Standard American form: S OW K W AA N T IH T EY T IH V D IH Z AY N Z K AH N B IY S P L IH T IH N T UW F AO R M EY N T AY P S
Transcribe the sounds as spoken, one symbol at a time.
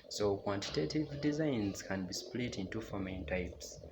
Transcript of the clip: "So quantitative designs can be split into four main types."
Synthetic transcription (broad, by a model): S OW K W AA N T IH T EY T IH V D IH Z AY N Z K AH N B IY S P L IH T IH N T UW F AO M EY N T AY P S